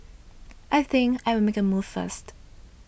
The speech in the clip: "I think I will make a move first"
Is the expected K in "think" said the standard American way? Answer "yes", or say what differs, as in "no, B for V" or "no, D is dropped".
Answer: yes